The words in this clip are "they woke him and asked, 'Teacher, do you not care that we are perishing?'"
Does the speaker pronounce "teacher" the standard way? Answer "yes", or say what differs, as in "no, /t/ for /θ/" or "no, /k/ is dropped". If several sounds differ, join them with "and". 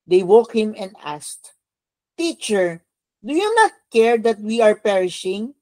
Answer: yes